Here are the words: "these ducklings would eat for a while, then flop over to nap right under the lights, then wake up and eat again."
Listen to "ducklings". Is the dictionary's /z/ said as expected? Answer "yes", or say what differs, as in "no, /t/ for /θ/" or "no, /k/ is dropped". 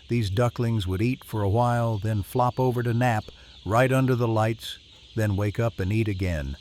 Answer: yes